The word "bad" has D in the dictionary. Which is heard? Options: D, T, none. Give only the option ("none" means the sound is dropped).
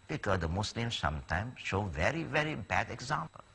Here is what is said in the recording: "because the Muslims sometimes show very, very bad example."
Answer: D